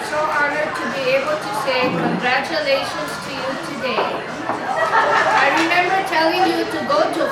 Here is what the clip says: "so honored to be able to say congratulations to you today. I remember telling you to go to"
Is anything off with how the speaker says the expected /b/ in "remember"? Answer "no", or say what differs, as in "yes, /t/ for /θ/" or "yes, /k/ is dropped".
no